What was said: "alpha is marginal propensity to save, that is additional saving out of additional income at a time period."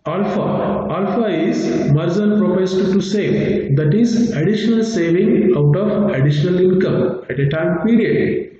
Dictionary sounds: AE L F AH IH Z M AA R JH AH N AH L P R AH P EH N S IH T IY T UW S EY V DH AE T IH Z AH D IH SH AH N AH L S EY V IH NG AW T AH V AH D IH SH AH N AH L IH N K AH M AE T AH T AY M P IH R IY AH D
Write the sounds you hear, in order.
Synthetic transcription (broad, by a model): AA L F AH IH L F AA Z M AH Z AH N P R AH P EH S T T UW S EY V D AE T IH Z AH D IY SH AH N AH L S EY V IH NG AW T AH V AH D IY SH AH N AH L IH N K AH M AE T AH T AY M P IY R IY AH D